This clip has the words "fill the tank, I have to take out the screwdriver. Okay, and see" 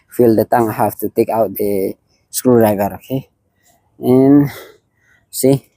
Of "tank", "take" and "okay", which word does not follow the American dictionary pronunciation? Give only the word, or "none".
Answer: tank